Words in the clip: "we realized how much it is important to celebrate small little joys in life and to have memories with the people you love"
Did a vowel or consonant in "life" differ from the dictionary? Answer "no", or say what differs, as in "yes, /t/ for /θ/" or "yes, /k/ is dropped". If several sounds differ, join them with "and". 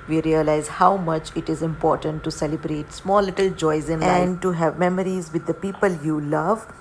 yes, /f/ is dropped